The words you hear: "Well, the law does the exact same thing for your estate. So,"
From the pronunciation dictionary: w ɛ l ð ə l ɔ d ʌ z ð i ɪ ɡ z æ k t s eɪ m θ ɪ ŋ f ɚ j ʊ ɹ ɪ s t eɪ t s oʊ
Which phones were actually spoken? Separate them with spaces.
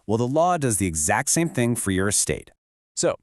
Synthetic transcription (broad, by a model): w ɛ l ð ə l ɔ d ʌ z ð i ɪ ɡ z æ k t s eɪ m θ ɪ ŋ f ɚ j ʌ ɹ ɪ s t eɪ t s oʊ